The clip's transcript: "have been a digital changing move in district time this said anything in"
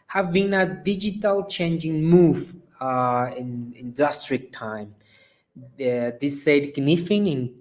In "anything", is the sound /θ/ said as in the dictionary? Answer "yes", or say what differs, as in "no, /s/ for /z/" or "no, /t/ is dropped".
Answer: no, /f/ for /θ/